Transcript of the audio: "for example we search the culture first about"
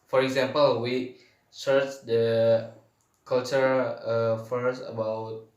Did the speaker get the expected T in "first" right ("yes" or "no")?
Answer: no